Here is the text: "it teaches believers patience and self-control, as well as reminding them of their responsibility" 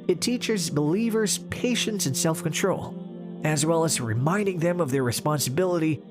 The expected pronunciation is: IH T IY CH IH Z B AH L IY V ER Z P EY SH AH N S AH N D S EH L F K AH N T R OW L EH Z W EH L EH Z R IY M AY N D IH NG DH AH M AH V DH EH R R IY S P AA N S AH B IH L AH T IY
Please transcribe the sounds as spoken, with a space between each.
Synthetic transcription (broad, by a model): IH T IY CH IH Z B AH L IY V ER Z P EY SH AH N S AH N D S EH L F K AH N T R OW L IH Z W EH L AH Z R IY M AY N D IH NG DH AH M AH V DH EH R R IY S P AA N S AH B IH L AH T IY